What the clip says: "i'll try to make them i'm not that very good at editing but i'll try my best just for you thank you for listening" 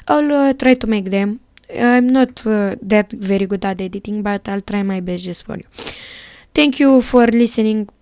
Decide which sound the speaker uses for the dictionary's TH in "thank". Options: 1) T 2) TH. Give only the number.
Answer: 1